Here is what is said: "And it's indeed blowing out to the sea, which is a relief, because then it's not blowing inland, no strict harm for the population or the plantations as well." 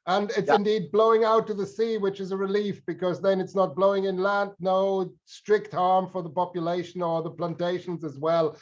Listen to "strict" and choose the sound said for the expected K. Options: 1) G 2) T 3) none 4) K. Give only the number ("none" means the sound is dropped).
4